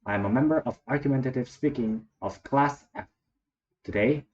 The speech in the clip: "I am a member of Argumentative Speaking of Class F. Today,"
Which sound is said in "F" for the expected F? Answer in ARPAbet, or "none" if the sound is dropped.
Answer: P